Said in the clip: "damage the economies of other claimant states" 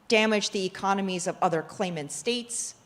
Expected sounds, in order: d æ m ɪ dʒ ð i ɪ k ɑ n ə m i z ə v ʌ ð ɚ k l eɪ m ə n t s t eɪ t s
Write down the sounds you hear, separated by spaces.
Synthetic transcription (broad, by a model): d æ m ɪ dʒ ð i ɪ k ɑ n ə m i z ə v ʌ ð ɚ k l eɪ m ə n t s t eɪ t s